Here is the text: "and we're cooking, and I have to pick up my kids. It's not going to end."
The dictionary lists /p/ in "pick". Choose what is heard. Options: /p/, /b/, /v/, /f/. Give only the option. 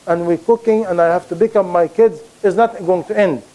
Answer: /b/